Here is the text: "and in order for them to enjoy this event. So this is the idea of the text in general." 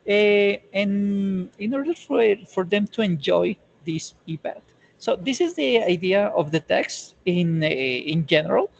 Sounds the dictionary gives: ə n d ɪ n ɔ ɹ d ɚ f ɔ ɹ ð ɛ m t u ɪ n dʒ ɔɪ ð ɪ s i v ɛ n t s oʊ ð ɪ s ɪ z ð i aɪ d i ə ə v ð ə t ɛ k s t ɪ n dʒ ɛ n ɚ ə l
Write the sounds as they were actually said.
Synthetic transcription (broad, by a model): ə n ɪ n ɔ ɹ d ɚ f ɔ ɹ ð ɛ m t u ɪ n dʒ ɔɪ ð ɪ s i p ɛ t s oʊ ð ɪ s ɪ z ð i aɪ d i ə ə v ð ə t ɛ k s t ɪ n dʒ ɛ n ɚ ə l